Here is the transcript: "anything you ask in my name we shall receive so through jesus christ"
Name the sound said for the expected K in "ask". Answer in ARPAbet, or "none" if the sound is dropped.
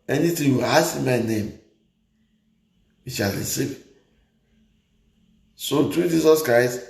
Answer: none